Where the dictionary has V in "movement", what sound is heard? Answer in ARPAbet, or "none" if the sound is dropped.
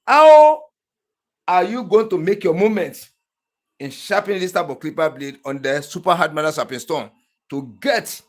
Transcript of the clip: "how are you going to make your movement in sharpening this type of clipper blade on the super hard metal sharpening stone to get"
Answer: none